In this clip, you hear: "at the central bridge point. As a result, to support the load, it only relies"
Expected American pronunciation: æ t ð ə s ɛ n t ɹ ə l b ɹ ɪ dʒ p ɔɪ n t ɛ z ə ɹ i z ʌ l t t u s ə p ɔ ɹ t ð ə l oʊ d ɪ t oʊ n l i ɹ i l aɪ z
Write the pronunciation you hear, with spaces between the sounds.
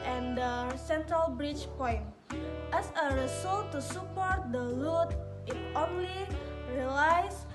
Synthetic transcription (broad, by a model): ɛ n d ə s ɛ n t ɹ ə l b ɹ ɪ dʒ p ɔɪ n t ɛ s ə ɹ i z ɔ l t t u s ə p ɔ ɹ t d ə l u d ɪ t oʊ n l i ɹ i l aɪ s